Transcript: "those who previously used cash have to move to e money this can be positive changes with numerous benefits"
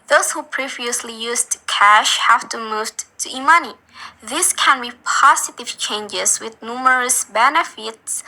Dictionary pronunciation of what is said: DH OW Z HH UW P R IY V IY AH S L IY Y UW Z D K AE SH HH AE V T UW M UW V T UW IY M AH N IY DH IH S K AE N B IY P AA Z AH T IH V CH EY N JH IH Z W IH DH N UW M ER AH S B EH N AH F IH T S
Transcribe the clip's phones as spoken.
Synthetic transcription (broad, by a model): DH OW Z HH UW P R IY V IY AH S L IY Y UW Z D K AE SH HH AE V T UW M UW V T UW IY M AH N IY DH IH S K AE N B IY P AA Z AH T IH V CH EY N JH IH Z W IH DH N UW M ER AH S B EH N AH F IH T S